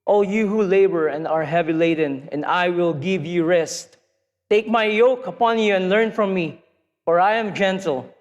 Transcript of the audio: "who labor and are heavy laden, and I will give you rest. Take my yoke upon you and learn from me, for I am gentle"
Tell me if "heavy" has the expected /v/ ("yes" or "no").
yes